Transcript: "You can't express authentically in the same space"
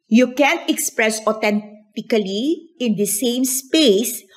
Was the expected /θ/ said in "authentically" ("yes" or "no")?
no